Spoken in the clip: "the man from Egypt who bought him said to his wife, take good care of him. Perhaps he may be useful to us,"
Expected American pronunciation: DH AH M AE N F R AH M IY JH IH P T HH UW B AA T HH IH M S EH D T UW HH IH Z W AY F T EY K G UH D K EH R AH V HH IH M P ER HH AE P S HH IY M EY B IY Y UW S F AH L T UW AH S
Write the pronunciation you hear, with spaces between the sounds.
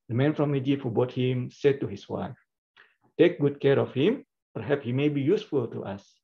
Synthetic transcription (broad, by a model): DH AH M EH N F R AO M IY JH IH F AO B AA T HH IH M S EH D T UW HH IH S W AY F T EY K G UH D K EH R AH F HH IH M P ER HH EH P S HH IY M EY B IY Y UW S F AH L T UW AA S